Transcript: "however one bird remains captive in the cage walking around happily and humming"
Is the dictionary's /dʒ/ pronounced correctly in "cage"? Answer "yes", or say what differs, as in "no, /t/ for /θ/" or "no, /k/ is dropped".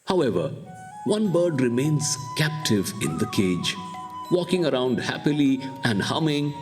yes